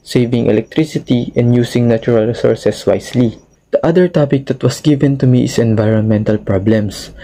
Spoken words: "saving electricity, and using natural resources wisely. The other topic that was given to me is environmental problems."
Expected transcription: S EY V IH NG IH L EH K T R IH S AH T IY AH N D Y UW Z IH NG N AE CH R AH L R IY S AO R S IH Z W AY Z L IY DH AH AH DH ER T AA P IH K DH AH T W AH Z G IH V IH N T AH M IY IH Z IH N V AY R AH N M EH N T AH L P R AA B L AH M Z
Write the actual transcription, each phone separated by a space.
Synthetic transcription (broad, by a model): S EY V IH NG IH L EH K T R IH S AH T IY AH N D Y UW S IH NG N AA CH R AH L R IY S AO R S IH S W AY S L IY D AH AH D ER T AA P IH K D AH T W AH S G IH V IH N T AH M IY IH S IH N V AY R AH N M EH N T AH L P R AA B L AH M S